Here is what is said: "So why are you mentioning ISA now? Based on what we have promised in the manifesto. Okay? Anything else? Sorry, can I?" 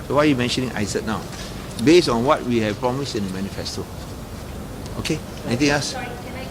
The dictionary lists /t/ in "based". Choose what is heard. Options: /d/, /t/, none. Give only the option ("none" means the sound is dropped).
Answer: none